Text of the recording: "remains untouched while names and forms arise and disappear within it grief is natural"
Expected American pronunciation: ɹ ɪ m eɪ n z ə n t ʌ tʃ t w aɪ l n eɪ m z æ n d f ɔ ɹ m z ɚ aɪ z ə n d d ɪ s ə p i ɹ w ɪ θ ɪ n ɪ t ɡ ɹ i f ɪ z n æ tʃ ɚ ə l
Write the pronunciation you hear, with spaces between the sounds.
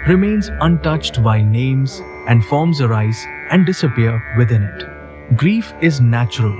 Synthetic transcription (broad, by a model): ɹ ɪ m eɪ n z ə n t ʌ tʃ t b aɪ n eɪ m z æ n d f ɔ ɹ m z ɚ aɪ z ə n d d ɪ s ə p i ɹ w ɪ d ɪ n ɪ t ɡ ɹ i f ɪ z n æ tʃ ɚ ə l